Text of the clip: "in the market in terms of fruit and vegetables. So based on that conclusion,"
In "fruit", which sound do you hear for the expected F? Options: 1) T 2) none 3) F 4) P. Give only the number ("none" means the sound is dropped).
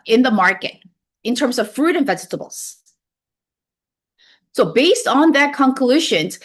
3